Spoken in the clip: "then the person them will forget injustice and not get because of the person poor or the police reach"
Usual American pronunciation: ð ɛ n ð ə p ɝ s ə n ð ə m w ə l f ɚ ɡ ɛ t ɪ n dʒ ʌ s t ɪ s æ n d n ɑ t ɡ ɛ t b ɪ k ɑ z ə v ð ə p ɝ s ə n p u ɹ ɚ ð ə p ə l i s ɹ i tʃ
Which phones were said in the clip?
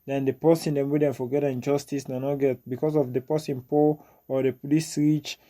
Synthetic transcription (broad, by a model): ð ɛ n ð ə p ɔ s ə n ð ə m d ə n f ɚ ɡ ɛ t ɪ n dʒ ʌ s t ɪ s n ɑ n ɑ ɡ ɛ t b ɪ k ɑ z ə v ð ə p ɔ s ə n p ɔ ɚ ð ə p ə l i s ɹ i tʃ